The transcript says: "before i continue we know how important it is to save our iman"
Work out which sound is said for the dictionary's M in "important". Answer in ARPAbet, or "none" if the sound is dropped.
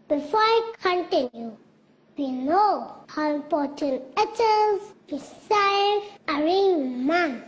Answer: none